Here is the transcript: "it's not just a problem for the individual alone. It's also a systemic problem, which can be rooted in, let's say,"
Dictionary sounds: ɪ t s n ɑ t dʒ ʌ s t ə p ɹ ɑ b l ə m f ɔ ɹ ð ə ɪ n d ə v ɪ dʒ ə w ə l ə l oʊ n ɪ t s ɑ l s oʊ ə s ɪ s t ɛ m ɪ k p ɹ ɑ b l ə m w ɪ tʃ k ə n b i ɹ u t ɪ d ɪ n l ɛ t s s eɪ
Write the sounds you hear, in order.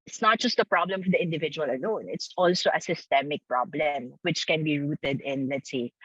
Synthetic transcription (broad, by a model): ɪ t s n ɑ t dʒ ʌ s t ə p ɹ ɑ b l ə m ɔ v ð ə ɪ n d ə v ɪ dʒ ə w ə l ə l oʊ n ɪ t s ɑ l s oʊ ə s ɪ s t ɛ m ɪ k p ɹ ɑ b l ə m w ɪ tʃ k ə n b i ɹ u t ɪ d ɪ n l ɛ t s s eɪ